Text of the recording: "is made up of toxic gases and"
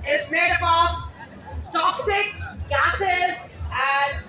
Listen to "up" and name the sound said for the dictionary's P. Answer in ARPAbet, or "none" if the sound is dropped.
B